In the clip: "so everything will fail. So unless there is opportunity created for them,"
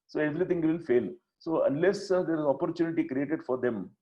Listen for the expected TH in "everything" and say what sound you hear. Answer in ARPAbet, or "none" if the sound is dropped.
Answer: T